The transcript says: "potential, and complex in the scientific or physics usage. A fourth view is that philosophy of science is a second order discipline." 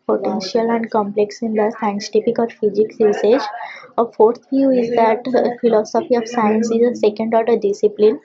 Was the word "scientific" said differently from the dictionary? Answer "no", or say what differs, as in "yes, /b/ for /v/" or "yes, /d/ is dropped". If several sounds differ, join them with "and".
yes, /p/ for /f/